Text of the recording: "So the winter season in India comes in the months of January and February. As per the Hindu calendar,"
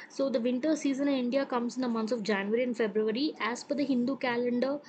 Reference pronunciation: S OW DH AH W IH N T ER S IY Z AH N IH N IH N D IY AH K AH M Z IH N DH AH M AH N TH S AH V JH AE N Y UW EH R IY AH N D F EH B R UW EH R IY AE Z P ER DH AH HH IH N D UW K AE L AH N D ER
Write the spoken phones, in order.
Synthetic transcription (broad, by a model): S OW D AH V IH N T ER S IY Z AH N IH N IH N D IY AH K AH M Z IH N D AH M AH N T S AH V JH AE N Y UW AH R IY AH N D F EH B R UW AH R IY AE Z F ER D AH HH IH N D UW K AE L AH N D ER